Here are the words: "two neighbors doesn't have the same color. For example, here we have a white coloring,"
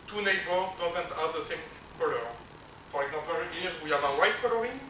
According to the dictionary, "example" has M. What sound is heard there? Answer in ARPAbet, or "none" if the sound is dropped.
none